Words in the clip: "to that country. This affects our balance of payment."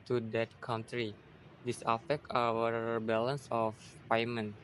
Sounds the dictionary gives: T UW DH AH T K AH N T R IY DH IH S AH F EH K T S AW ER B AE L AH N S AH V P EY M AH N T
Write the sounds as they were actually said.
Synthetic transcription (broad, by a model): T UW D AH T K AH N T R IY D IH S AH F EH K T AW ER B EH L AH N S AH F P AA M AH N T